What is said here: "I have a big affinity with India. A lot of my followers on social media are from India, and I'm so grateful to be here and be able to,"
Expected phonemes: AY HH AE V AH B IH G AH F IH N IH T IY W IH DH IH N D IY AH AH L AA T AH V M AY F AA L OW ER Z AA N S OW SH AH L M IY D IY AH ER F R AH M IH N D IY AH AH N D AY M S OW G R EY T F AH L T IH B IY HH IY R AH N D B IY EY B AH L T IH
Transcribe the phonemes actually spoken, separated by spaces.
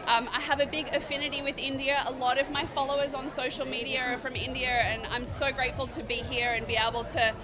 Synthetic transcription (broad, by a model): AY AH V AH B IH G AH F IH N IH T IY W IH DH IH N D IY AH AH L AA T AH V M AY F AA L OW ER Z N S OW SH L M IY D IY AH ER F R AH M IH N D IY AH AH N AY M S OW G R EY T F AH L T IH B IY HH IY R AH N B IY EY B L T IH